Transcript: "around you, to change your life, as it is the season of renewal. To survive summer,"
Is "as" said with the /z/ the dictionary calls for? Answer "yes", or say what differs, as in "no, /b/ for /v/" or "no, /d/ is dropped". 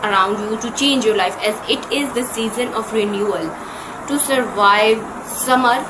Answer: yes